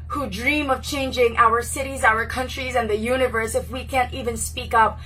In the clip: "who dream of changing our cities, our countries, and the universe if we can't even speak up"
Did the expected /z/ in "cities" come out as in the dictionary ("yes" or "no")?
yes